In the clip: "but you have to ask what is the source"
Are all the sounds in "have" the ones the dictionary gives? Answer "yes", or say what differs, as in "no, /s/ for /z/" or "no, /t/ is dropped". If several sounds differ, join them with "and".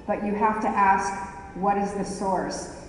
no, /f/ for /v/